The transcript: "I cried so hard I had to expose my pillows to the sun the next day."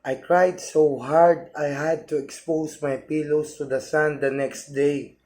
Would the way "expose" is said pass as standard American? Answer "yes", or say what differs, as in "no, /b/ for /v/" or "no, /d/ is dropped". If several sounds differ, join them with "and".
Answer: no, /s/ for /z/